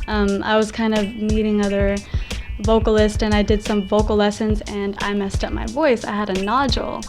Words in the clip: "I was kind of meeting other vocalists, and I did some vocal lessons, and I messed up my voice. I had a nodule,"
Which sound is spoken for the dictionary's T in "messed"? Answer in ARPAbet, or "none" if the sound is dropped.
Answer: T